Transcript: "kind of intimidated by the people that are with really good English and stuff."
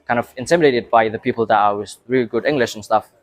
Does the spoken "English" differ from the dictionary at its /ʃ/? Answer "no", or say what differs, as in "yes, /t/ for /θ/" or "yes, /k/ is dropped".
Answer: no